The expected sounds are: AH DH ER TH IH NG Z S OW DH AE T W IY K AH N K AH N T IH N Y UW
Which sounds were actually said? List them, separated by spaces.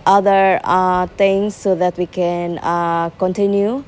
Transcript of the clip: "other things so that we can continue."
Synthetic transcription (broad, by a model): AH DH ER T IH NG S OW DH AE T W IY K AH N K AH N T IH N Y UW